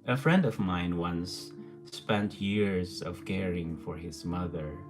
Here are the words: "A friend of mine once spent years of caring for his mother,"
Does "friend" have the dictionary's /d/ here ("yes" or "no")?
yes